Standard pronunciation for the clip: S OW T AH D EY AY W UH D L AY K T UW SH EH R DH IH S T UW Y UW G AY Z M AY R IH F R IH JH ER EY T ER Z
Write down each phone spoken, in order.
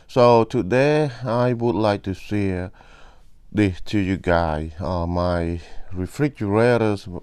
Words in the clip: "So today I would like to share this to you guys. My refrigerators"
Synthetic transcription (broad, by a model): S OW T AH D EY AY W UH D L AY K T UW S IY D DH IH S T UW Y UW G AY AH M AY R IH F R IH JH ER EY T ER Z